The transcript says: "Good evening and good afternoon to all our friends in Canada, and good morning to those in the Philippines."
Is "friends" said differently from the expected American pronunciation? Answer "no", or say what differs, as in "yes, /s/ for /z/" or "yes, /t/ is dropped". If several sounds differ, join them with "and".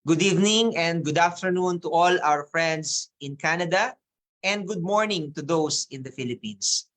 yes, /s/ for /z/